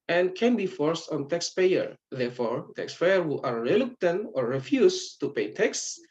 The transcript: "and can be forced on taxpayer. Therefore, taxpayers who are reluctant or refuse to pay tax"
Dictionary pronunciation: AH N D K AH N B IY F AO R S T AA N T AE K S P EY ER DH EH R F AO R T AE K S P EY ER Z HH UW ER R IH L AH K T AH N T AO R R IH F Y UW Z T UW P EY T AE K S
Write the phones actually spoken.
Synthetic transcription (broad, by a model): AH N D K AH N B IY F AO R S T AA N T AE K S P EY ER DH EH R F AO R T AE K S P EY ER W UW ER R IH L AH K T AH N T AO R R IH F Y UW S T UW P EY T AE K S